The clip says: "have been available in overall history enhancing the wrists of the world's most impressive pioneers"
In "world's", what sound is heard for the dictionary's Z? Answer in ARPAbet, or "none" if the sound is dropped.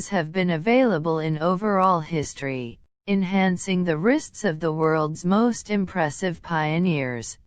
Z